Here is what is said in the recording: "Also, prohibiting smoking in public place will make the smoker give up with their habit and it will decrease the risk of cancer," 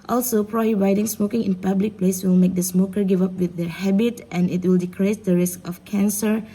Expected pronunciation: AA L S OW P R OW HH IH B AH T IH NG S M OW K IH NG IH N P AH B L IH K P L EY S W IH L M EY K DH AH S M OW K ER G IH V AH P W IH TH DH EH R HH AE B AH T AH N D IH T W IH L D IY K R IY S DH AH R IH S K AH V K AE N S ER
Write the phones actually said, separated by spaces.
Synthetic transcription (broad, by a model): AA L S OW P R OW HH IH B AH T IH NG S M OW K IH NG IH N P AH B L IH K P L EY S W IH L M EY K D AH S M OW K ER G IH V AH P W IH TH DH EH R HH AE B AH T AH N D IH T W IH L D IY K R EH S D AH R IH S K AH F K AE N S ER